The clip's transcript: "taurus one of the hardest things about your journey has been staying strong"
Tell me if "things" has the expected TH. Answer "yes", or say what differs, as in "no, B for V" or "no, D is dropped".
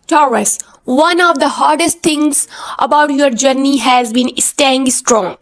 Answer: no, T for TH